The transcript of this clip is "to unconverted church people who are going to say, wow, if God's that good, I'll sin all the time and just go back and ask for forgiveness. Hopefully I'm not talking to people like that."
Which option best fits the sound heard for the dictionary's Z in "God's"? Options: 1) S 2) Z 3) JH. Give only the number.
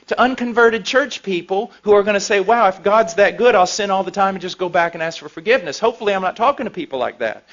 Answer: 2